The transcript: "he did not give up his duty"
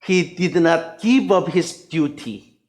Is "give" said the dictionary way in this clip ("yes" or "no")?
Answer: no